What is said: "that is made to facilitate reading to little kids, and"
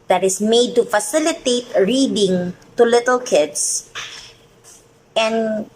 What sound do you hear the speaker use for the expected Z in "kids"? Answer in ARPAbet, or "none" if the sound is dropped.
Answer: S